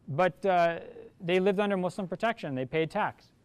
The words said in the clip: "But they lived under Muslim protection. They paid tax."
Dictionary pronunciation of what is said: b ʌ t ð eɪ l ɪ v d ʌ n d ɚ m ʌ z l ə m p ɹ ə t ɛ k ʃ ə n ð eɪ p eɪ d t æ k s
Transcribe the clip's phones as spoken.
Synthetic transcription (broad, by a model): b ʌ t ð eɪ l ɪ v d ʌ n d ɚ m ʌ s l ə m p ɹ ə t ɛ k ʃ ə n ð eɪ p eɪ d t æ k s